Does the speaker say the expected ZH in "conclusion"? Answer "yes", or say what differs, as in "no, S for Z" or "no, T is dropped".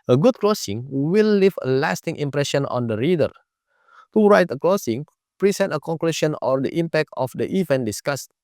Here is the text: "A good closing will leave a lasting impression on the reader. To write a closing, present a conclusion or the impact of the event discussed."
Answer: no, SH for ZH